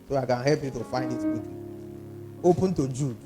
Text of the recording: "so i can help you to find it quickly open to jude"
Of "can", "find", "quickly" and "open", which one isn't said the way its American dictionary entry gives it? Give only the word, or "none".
quickly